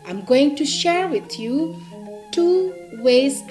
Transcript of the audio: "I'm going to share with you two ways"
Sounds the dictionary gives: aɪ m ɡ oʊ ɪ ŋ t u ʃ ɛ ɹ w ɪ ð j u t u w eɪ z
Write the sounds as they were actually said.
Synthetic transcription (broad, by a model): aɪ m ɡ oʊ ɪ ŋ t u ʃ ɛ ɹ w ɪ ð j u t u w eɪ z